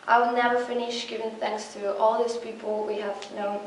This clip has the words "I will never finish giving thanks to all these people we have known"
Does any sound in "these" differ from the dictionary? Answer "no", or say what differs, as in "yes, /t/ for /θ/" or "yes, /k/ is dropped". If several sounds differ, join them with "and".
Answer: yes, /s/ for /z/